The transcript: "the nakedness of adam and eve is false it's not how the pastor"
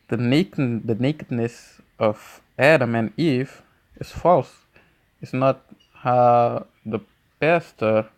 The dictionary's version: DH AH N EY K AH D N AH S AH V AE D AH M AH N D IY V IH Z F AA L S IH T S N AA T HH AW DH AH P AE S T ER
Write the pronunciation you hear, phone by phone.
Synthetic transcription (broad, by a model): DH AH N EY K AH D N AH S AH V AE D AH M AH N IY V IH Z F AA L S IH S N AA T HH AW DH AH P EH S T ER